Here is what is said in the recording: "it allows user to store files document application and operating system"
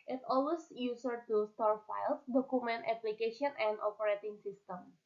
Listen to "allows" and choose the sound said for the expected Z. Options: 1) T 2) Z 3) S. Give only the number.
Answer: 3